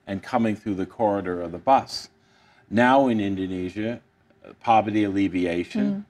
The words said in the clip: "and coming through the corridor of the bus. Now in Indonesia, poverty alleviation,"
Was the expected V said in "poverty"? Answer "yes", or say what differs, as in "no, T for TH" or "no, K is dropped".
yes